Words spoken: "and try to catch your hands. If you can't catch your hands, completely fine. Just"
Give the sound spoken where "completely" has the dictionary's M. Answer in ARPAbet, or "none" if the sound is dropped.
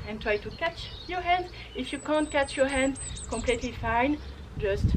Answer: M